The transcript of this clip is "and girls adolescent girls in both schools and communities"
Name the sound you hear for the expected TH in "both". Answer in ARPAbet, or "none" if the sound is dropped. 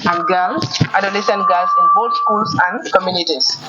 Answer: T